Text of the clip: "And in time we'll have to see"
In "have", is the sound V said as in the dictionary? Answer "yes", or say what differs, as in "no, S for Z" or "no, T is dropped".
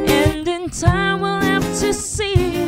no, F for V